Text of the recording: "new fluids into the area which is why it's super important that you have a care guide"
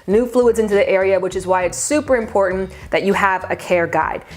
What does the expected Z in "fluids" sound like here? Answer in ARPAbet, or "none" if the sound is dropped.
Z